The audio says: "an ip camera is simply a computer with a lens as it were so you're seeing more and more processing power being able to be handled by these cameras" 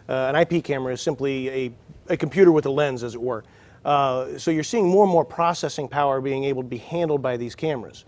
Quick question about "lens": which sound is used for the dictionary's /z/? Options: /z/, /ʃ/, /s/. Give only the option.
/z/